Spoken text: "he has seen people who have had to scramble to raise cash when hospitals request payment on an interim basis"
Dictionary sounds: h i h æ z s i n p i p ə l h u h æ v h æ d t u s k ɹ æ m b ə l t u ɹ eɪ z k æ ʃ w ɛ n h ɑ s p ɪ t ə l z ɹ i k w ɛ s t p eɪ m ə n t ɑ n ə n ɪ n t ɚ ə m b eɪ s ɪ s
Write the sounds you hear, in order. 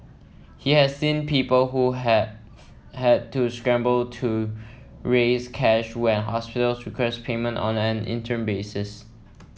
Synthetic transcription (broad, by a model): h i h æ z s i n p i p ə l h u h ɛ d t u s k ɹ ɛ m b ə l t u ɹ eɪ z k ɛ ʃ w ɛ n h ɑ s p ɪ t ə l s ɹ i k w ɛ s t p eɪ m ə n t ɑ n ə n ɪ n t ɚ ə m b eɪ s ɪ s